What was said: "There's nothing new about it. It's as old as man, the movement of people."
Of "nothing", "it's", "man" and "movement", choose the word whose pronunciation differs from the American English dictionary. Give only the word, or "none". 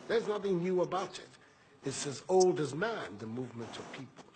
none